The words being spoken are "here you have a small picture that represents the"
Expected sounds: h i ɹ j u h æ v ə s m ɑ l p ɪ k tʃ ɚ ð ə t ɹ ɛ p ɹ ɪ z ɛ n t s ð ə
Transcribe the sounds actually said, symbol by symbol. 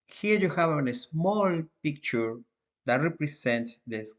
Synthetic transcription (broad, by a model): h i ɹ j u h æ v ə s m ɑ l p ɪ k tʃ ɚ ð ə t ɹ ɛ p ɹ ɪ s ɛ n t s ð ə